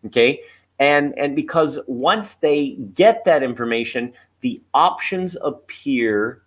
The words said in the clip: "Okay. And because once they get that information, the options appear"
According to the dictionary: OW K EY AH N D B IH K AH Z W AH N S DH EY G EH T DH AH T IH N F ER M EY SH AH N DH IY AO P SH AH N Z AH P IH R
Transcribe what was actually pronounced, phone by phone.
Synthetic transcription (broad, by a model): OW K EY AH N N B IH K AH Z W AH N S DH EY G EH T DH AH T IH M F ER M EY SH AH N DH IY AO P SH AH N Z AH P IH R